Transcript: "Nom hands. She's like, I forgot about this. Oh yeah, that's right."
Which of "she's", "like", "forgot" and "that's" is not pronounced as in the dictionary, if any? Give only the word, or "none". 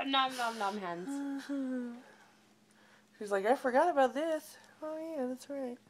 none